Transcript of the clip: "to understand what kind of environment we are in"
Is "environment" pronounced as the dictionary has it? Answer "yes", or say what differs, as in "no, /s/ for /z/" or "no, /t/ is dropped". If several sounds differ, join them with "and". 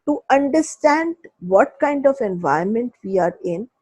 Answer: no, /ɹ/ is dropped